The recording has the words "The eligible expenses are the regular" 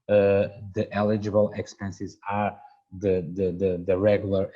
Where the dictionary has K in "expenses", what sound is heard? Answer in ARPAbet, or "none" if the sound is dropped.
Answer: K